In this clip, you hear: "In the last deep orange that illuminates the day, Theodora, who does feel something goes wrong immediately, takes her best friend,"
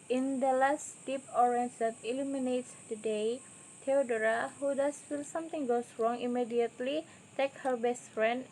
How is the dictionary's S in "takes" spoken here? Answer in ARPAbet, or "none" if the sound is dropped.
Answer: none